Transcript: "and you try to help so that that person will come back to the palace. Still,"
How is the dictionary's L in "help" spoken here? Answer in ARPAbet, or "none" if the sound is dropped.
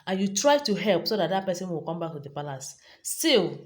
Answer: L